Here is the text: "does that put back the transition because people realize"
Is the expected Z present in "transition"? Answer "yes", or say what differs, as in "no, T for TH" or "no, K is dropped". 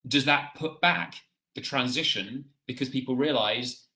yes